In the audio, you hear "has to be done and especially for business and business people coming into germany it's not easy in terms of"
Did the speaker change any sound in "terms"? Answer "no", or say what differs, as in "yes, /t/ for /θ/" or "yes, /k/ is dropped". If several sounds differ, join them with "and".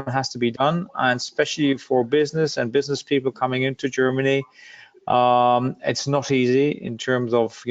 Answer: no